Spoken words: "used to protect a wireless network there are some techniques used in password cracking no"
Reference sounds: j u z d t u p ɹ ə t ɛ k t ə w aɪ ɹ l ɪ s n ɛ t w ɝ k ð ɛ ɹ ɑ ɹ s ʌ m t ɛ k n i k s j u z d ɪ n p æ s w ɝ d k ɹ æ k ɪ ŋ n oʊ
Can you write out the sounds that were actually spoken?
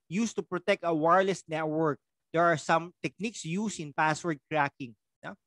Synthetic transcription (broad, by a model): j u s t u p ɹ ə t ɛ k t ə w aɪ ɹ l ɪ s n ɛ t w ɝ k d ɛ ɹ ɑ ɹ s ʌ m t ɛ k n i k s j u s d ɪ n p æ s w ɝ d k ɹ æ k ɪ ŋ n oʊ